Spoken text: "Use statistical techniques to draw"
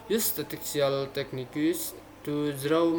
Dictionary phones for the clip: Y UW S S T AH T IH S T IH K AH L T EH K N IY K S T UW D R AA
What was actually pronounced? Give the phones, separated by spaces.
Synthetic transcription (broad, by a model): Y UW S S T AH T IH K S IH AH L T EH K N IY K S T UW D R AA